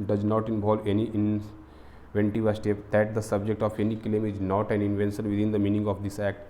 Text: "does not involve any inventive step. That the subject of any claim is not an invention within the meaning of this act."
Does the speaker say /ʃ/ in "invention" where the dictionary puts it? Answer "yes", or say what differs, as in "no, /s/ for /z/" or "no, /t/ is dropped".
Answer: no, /s/ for /ʃ/